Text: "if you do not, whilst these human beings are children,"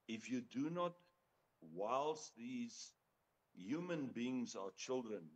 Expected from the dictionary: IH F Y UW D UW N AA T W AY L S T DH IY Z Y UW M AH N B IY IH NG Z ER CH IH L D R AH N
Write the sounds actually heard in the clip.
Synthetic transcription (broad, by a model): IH F Y UW D UW N AA T W AY L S DH IY Z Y UW M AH N B IY IH NG Z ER CH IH L D R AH N